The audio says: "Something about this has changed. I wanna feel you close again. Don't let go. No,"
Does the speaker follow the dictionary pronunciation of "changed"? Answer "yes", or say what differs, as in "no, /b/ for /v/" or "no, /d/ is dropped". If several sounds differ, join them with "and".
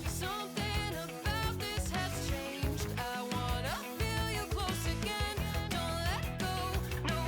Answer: yes